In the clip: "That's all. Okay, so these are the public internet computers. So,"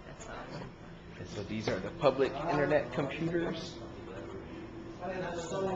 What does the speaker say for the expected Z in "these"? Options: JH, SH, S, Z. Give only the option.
Z